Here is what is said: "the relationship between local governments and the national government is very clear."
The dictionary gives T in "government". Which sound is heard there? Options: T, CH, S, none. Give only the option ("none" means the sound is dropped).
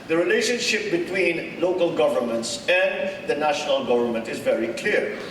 T